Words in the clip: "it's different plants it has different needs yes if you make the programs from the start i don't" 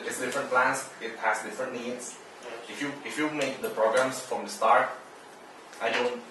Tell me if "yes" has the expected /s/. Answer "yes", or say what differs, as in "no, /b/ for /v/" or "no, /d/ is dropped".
no, /s/ is dropped